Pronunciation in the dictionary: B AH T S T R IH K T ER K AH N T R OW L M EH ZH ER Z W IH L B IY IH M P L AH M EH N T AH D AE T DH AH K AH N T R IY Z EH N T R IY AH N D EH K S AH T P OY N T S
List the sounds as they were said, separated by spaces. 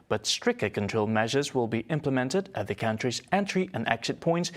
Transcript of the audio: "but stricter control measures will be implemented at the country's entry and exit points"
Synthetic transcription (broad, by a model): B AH T S T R IH K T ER K AH N T R OW L M EH ZH ER Z W IH L B IY IH M P L AH M EH N T AH D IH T DH AH K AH N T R IY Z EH N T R IY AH N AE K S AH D P OY N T S